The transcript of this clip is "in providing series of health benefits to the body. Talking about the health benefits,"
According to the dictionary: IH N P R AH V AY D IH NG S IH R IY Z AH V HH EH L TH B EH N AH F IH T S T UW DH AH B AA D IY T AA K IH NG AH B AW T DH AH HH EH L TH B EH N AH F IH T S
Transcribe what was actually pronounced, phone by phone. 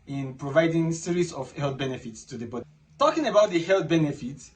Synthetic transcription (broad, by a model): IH N P R AH V AY D IH NG S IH R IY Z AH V HH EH L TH B EH N AH F IH T S T UW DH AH B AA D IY T AA K IH NG AH B AW T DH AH HH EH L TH B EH N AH F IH T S